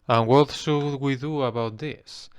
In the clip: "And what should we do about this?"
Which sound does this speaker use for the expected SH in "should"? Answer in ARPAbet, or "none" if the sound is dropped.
S